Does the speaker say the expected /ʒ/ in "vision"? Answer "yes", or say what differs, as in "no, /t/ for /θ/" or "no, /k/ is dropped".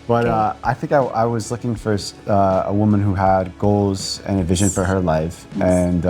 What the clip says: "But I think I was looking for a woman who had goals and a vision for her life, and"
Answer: yes